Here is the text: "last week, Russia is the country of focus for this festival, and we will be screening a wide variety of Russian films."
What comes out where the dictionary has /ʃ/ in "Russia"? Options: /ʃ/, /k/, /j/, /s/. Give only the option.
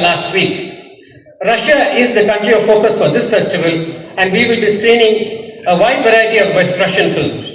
/ʃ/